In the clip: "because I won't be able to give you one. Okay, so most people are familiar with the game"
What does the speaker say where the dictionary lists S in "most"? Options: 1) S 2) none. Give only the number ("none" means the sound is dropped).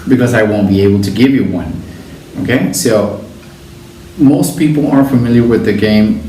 1